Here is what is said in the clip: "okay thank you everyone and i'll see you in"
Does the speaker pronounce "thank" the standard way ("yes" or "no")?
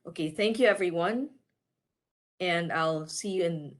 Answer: yes